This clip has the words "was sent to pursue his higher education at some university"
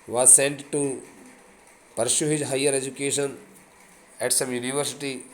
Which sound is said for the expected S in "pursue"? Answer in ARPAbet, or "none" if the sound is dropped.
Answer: SH